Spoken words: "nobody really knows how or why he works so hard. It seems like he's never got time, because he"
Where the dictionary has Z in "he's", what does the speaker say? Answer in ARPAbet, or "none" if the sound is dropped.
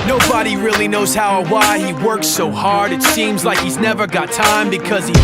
Z